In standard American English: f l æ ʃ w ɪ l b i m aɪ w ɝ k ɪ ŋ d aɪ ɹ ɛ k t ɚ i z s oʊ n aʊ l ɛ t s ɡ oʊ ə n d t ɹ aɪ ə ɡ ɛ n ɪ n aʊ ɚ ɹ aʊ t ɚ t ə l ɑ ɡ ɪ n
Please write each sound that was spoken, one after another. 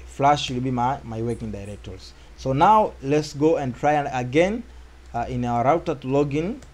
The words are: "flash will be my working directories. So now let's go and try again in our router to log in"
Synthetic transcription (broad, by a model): f l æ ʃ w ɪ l b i m aɪ w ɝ k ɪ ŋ d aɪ ɹ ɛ k t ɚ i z s oʊ n aʊ l ɛ t s ɡ oʊ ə n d t ɹ aɪ ə ɡ ɛ n ɪ n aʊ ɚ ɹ aʊ t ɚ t l ɑ ɡ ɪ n